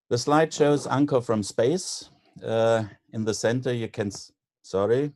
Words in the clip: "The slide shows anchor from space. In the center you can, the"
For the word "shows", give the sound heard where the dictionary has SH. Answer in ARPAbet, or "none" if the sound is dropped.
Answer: SH